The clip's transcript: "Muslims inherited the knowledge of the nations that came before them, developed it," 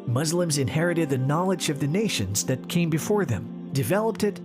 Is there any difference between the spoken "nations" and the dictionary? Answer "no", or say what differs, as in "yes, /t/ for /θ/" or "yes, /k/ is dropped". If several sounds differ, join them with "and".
no